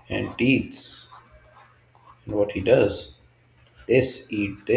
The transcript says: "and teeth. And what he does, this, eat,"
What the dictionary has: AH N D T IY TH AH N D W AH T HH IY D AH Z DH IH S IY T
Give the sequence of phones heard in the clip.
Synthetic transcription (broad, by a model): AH N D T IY S AH N D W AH T HH IY D AH Z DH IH S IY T